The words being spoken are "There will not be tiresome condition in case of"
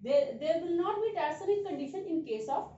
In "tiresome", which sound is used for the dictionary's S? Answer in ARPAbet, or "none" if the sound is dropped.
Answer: none